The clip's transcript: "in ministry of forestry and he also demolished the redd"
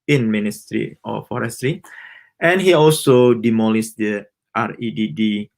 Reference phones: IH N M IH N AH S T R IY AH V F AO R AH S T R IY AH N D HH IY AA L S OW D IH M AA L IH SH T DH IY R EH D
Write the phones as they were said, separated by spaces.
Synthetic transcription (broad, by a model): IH N M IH N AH S T R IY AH F AO R AH S T R IY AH N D HH IY AA L S OW D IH M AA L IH S T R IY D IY D